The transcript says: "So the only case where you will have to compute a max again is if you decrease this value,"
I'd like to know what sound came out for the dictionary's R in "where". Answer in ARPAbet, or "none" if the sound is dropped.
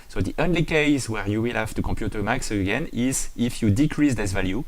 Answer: R